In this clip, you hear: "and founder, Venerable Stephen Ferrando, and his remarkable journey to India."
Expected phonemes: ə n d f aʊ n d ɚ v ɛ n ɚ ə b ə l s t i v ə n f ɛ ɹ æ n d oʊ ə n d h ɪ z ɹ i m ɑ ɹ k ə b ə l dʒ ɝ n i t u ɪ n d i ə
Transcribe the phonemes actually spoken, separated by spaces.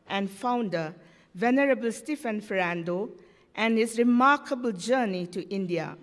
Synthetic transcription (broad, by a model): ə n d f aʊ n d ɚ v ɛ n ɚ ə b ə l s t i f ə n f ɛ ɹ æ n d oʊ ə n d h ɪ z ɹ i m ɑ ɹ k ə b ə l dʒ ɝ n i t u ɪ n d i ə